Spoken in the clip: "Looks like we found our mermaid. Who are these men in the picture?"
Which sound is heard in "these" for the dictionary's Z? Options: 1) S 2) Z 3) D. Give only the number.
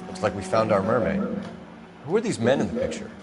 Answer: 2